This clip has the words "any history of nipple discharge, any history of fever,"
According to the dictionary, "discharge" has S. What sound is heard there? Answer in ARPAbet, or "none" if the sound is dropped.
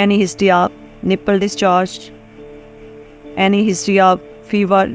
S